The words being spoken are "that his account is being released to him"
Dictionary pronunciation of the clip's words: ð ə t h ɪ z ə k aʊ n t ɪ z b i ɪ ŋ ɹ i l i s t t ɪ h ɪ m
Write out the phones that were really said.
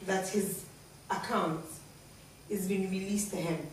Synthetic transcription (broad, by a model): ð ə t h ɪ z ə k aʊ n t ɪ z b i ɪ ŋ ɹ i l i s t t ɪ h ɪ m